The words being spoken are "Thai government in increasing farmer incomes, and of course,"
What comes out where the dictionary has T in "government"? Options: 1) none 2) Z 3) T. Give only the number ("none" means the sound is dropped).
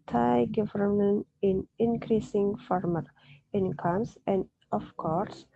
1